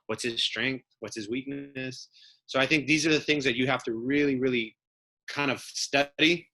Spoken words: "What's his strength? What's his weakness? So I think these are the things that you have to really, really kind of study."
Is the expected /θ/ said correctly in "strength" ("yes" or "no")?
yes